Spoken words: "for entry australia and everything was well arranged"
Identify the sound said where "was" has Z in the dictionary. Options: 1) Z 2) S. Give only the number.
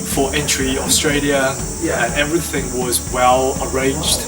1